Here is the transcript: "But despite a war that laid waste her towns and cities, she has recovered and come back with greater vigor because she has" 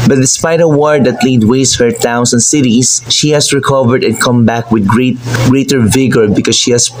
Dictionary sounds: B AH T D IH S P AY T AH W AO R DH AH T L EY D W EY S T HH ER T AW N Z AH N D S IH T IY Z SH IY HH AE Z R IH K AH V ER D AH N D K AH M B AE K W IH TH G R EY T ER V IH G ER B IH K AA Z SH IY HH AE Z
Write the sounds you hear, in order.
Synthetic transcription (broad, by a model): B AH T D IH S P AY T AH W AO R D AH T L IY D W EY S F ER T AW N S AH N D S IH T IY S SH IY HH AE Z R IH K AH V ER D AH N K AH M B AE K W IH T G R EY T ER V IH G ER B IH K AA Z SH IY HH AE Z